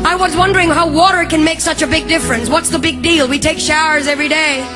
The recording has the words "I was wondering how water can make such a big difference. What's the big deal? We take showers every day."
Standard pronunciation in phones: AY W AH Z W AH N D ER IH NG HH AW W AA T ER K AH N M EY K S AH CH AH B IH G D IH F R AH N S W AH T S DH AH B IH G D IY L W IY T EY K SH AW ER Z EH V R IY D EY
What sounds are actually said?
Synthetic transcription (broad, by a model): AY W AH Z W AH N D ER IH NG HH AW W AA T ER K AH N M EY K S AH CH AH B IH G D IH F R AH N S W AH T S DH AH B IH G D IY L W IY T EY K SH AW ER Z EH V R IY D EY